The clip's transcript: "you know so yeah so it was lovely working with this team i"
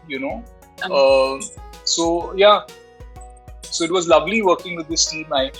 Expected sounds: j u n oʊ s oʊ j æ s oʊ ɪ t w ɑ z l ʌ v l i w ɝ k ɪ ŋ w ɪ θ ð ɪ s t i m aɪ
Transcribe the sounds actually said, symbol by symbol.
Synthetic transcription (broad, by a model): j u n oʊ s oʊ j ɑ s oʊ ɪ t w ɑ z l ʌ v l i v ɝ k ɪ ŋ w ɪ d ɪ s t i m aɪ